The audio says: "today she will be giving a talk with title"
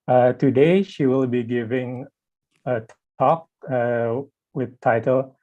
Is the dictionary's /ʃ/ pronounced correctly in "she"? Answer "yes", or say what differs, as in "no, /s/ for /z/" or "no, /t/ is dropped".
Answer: yes